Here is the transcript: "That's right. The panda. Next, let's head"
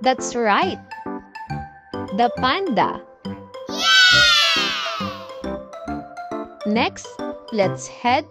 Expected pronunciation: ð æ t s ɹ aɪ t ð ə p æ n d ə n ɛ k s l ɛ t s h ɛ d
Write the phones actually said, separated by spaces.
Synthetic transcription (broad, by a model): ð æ t s ɹ aɪ t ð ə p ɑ n d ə n ɛ k s l ɛ t s h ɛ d